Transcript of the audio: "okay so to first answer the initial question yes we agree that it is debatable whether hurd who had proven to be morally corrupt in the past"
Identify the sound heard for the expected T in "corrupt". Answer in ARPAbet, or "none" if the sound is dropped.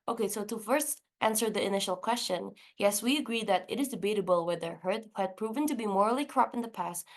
none